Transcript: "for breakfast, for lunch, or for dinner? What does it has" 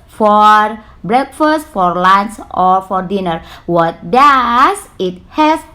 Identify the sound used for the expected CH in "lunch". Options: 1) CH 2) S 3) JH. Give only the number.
2